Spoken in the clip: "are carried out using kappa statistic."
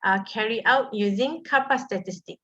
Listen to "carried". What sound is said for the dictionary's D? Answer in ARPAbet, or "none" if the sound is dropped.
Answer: none